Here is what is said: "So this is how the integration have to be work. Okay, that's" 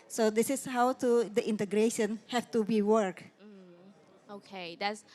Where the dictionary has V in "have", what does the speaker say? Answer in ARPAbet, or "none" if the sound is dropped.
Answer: F